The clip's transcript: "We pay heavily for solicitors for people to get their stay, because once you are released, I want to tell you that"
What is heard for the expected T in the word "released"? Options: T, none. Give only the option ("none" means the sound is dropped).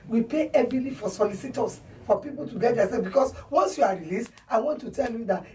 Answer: T